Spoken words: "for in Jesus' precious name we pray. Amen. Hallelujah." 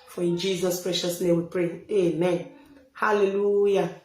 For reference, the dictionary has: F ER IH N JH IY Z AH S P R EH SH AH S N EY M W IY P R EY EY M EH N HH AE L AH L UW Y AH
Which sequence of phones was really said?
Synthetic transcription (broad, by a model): F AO IH N JH IY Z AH S P R EH SH AH S N EY M W IY P R EY EY M EH N HH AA L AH L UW Y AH